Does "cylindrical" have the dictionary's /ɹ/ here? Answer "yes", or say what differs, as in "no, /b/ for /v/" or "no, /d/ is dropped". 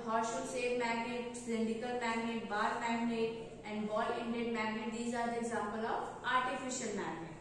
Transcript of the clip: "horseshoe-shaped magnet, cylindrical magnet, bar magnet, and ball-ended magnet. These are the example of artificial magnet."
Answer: no, /ɹ/ is dropped